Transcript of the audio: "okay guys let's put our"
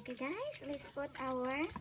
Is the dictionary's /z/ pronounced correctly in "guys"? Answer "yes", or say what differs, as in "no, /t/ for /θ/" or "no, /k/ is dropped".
no, /s/ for /z/